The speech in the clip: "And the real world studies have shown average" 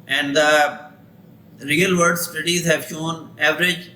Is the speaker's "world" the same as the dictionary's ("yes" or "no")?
no